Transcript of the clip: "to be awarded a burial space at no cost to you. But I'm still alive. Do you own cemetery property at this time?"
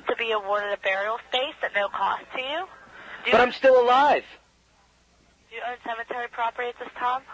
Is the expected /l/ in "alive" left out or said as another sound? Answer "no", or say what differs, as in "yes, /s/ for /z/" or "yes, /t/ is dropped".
no